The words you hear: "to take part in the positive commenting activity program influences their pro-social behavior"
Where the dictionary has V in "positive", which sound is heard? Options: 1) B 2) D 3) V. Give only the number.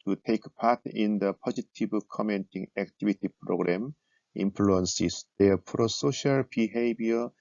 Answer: 1